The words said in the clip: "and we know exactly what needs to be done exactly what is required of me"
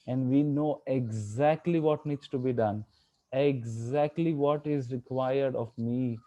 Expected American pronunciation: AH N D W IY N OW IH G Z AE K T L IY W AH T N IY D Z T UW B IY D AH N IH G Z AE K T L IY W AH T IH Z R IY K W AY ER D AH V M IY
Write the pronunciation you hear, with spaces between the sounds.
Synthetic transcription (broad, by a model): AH N D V IY N OW IH G Z AE K T L IY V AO T N IY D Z T UW B IY D AH N IH G Z AE K T L IY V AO T IH Z R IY K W AY ER D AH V M IY